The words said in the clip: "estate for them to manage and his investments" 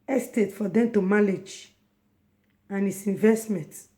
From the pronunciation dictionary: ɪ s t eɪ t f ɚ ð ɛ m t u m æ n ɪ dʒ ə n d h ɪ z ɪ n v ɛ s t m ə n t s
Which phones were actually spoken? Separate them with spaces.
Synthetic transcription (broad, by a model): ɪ s t eɪ t f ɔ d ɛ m t u m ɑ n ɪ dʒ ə n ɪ s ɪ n v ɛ s t m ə n t